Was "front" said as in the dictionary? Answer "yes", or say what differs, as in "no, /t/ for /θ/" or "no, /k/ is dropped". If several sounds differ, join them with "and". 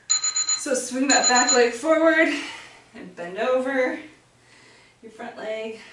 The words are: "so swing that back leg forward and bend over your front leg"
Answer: yes